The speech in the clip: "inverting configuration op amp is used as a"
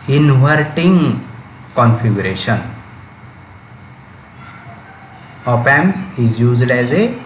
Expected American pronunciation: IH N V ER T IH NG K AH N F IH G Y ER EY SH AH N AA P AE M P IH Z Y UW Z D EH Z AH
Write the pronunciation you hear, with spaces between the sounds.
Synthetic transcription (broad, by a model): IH N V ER T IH NG K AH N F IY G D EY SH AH N AA P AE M IH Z Y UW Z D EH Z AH